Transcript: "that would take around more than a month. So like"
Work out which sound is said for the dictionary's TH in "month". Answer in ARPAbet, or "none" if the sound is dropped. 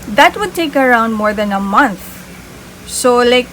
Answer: T